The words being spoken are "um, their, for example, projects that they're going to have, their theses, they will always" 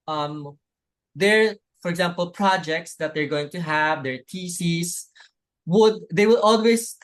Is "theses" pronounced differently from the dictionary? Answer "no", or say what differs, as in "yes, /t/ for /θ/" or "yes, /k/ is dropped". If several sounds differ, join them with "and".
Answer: yes, /t/ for /θ/